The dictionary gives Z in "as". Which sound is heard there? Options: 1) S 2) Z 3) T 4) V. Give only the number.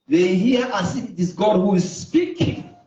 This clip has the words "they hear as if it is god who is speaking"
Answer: 1